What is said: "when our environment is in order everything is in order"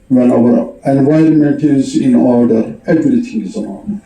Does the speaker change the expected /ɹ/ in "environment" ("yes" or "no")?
no